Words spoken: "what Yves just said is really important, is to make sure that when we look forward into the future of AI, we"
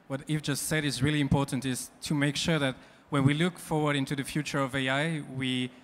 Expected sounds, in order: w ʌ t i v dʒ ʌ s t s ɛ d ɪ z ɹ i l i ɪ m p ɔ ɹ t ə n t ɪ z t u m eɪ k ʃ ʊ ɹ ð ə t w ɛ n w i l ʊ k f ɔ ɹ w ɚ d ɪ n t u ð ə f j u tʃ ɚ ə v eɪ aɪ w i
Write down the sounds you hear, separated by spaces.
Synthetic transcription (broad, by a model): w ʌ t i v dʒ ʌ s t s ɛ d ɪ z ɹ i l i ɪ m p ɔ ɹ t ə n t ɪ z t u m eɪ k ʃ ʊ ɹ ð ə t w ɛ n w i l ʊ k f ɔ ɹ w ɚ d ɪ n t u ð ə f j u tʃ ɚ ə v eɪ aɪ w i